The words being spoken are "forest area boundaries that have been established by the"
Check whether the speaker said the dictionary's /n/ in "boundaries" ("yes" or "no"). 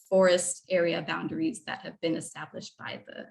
yes